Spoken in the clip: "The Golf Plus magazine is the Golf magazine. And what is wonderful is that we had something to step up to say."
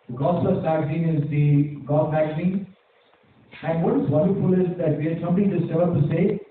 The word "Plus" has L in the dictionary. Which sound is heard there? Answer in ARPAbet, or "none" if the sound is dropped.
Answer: none